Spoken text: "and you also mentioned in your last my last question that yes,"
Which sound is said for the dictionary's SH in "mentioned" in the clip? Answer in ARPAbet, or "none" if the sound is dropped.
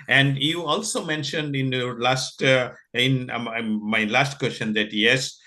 SH